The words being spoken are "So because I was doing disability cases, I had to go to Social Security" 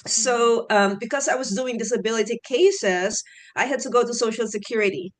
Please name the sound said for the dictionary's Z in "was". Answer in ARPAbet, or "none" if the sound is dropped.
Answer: Z